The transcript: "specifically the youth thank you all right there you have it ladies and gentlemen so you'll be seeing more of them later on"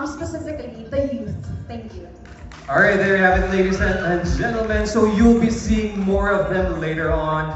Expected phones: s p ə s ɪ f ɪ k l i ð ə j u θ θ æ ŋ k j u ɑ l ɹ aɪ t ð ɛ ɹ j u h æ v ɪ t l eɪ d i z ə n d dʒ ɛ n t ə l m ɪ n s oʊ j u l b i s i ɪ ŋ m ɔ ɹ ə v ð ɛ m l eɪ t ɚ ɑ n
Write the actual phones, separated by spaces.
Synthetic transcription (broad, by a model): s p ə s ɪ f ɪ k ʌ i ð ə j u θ t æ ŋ k j u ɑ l ɹ aɪ t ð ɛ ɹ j h æ v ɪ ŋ l eɪ d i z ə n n dʒ ɛ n t l m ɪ n s oʊ j u l b i s i ɪ ŋ m ɔ ɹ ə v ð ɛ m l eɪ t ɚ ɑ n